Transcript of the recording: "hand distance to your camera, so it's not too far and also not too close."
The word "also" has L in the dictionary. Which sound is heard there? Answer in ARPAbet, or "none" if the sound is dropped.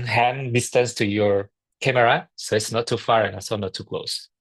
none